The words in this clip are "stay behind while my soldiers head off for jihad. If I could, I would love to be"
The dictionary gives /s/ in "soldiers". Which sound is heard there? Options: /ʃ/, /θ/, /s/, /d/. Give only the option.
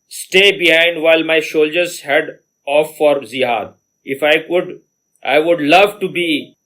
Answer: /ʃ/